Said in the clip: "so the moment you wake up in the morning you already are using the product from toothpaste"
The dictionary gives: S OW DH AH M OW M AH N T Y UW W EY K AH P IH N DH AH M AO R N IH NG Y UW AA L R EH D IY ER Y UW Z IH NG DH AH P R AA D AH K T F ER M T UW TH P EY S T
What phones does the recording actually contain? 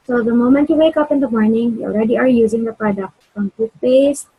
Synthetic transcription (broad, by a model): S OW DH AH M OW M AH N T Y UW W EY K AH P IH N DH AH M AO R N IH NG Y UW AA L R EH D IY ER Y UW Z IH NG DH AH P R AA D AH K T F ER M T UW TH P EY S